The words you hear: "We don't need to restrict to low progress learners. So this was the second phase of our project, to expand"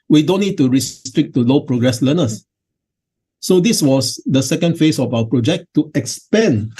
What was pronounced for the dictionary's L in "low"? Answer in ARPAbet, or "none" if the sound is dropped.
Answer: L